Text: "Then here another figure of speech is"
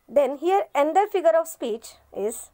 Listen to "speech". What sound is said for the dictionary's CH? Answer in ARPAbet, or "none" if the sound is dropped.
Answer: CH